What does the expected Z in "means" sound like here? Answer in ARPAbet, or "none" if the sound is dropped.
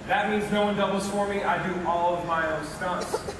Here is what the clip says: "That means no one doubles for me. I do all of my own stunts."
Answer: Z